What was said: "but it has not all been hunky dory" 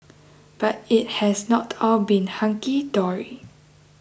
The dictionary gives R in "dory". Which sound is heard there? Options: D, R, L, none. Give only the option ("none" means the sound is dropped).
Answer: R